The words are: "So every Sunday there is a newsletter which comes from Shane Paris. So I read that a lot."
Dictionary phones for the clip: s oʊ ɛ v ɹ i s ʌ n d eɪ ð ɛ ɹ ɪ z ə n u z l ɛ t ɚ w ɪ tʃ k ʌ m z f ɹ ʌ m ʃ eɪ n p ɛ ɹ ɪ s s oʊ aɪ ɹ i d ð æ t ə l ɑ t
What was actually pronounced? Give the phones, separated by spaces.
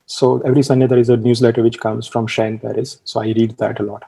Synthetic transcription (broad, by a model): s oʊ ɛ v ɹ i s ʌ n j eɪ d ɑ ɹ ɪ z ə n u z l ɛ t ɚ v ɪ tʃ k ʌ m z f ɹ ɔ m ʃ eɪ n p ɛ ɹ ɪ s s oʊ aɪ ɹ i d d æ t ə l ɑ t